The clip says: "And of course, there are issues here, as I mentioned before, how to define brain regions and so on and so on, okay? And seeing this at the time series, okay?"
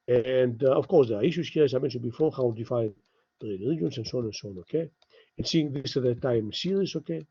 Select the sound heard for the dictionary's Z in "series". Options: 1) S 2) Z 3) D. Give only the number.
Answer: 1